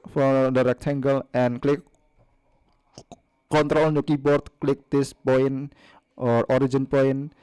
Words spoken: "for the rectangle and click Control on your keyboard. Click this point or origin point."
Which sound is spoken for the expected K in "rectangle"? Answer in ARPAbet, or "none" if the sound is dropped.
K